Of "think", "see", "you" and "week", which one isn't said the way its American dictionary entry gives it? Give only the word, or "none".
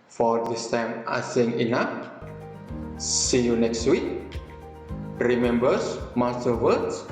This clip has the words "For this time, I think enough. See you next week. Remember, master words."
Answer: think